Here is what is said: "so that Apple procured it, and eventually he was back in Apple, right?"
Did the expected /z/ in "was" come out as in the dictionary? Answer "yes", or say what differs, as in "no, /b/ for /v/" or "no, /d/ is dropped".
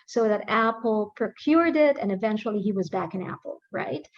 yes